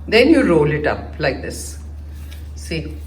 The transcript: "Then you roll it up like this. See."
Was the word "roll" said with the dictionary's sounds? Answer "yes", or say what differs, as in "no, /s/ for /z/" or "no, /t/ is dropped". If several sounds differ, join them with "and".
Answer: yes